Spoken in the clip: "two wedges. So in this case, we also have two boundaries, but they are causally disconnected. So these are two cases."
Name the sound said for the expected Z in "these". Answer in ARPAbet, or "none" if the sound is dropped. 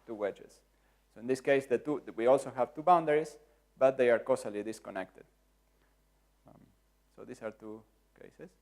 S